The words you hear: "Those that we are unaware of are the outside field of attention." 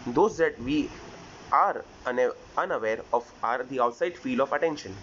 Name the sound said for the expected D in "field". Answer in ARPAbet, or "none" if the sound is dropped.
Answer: none